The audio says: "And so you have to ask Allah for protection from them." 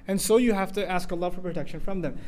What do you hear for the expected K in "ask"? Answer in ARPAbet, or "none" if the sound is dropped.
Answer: K